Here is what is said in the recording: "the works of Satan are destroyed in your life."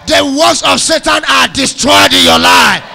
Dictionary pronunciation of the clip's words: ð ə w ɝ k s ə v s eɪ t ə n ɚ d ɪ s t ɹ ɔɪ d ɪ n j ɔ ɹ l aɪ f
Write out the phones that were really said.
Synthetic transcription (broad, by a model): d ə w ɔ s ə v s eɪ t ə n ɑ d ɪ s t ɹ ɔɪ d ɪ n j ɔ l aɪ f